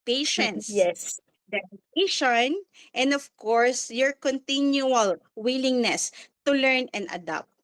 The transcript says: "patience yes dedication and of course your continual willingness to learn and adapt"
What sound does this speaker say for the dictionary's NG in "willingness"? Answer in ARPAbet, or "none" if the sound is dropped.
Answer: NG